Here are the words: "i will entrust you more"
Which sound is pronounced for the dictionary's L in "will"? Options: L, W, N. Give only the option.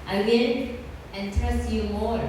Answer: N